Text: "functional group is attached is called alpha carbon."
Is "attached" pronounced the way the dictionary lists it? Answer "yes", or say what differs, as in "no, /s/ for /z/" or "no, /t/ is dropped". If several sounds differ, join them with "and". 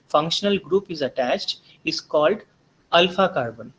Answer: yes